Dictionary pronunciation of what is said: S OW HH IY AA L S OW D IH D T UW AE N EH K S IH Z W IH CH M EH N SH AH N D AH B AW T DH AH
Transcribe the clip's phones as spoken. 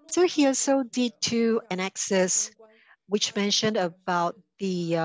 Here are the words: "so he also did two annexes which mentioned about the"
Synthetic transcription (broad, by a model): S OW HH IY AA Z S OW D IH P T UW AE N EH K S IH S W IH CH M EH N SH AH N D AH B AW T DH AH